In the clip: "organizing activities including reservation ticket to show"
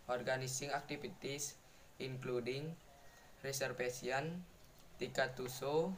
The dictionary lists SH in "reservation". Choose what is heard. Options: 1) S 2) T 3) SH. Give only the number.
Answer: 1